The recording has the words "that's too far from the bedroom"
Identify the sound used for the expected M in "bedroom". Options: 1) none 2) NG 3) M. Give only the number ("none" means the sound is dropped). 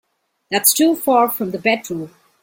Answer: 1